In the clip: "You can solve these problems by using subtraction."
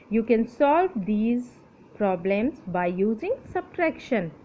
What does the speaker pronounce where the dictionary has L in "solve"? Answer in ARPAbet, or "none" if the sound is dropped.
L